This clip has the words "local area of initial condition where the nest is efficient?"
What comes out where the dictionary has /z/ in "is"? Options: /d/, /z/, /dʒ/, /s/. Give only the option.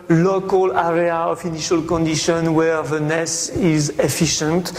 /z/